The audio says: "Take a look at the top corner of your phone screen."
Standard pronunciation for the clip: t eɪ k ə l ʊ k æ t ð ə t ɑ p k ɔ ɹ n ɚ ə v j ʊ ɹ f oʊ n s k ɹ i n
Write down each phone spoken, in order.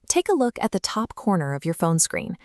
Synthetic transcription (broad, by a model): t eɪ k ə l ʊ k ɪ t ð ə t ɑ p k ɔ ɹ n ɚ ə v j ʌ ɹ f oʊ n s k ɹ i n